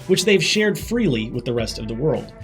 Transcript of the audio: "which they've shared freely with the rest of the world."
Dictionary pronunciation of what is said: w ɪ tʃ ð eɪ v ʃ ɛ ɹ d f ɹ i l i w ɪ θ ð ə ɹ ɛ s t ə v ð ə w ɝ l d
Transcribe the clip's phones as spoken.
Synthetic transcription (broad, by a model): w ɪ tʃ ð eɪ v ʃ ɛ ɹ d f ɹ i l i w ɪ ð ə ɹ ɛ s t ə v ð ə w ɝ l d